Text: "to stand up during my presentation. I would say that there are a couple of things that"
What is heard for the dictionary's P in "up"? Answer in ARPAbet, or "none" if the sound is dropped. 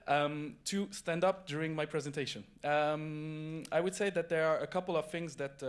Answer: P